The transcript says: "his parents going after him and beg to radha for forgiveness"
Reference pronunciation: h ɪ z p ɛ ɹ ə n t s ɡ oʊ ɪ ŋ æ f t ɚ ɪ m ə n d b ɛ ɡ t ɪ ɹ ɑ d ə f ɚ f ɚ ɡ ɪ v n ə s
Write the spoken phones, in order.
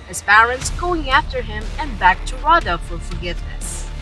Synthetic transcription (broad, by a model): h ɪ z p ɛ ɹ ə n t s ɡ oʊ ɪ ŋ æ f t ɚ ɪ m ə n b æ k t ɪ ɹ ɑ d ə f ɚ f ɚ ɡ ɪ v n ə s